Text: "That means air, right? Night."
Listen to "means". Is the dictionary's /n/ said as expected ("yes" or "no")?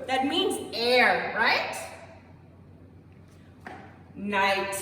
yes